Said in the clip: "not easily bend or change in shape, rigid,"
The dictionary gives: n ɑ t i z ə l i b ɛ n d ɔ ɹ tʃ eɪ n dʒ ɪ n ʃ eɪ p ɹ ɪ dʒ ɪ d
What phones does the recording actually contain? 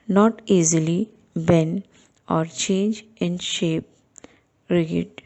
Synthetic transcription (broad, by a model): n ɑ t i z ə l i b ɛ n ɔ ɹ tʃ eɪ n dʒ ɪ n ʃ eɪ p ɹ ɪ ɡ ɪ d